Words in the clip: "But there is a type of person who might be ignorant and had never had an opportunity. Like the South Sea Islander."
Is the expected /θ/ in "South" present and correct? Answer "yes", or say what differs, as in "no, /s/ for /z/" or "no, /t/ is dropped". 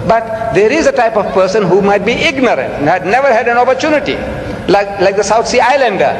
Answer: no, /t/ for /θ/